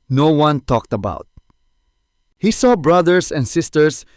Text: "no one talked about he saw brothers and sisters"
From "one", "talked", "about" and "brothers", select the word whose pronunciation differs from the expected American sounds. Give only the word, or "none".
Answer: brothers